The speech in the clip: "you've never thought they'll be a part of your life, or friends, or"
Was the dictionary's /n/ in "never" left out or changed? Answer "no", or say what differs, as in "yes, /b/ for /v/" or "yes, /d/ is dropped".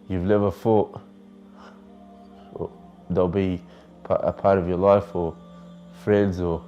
yes, /l/ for /n/